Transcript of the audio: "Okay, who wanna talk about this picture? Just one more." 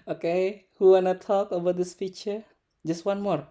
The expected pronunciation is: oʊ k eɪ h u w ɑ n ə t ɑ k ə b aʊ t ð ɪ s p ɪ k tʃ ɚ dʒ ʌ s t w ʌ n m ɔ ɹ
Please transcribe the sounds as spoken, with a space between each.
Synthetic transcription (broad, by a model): oʊ k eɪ h u w ɑ n ə t ɑ k ə b aʊ t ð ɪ s f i tʃ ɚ dʒ ʌ s t w ʌ n m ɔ ɹ